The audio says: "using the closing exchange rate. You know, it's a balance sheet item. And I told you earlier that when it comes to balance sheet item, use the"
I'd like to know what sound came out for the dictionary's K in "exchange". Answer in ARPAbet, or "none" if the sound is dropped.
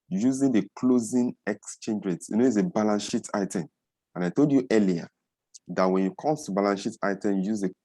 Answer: K